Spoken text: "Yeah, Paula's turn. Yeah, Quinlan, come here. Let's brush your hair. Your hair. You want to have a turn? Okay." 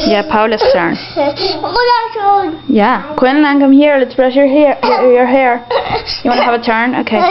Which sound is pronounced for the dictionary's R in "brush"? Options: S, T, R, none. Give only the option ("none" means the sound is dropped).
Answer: R